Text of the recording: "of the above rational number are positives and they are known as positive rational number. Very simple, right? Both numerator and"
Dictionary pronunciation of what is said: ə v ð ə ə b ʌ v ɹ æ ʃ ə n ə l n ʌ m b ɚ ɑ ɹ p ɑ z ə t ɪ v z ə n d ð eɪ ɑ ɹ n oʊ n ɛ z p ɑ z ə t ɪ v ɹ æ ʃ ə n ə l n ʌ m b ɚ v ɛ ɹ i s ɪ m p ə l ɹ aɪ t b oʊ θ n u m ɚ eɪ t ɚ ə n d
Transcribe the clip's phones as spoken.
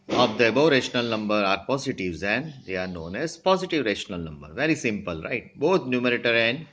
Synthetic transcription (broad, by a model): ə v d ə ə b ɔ ɹ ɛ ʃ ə n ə l n ʌ m b ɚ ɑ ɹ p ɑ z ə t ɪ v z ə n d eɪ ɑ ɹ n oʊ n ɛ z p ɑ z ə t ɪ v ɹ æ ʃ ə n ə l n ʌ m b ɚ v ɛ ɹ i s ɪ m p ə l ɹ aɪ t b oʊ t n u m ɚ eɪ t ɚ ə n d